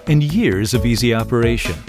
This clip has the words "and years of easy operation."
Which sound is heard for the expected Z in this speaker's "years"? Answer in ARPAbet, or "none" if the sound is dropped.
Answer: Z